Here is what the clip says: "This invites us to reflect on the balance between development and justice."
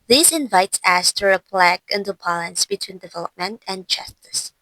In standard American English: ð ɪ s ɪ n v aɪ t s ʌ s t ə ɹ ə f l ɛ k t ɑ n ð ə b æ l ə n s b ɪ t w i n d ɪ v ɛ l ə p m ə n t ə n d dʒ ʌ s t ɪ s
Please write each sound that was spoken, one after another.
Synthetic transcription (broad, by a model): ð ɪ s ɪ n v aɪ t s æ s t ə ɹ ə p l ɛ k ɪ n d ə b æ l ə n s b ɪ t w i n d ɪ v ɛ l ə p m ə n t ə n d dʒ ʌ s t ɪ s